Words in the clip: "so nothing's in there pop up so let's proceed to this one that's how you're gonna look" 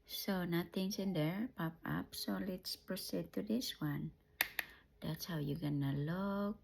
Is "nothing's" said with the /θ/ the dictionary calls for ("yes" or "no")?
no